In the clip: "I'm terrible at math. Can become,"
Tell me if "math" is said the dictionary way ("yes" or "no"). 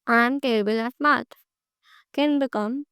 no